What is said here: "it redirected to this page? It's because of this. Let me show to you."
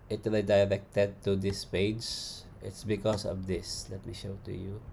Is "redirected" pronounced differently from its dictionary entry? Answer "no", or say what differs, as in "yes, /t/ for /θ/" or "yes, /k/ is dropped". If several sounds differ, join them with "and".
yes, /l/ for /ɹ/